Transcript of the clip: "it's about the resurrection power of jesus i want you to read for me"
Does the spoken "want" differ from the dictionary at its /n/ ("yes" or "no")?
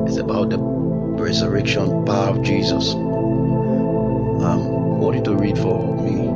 yes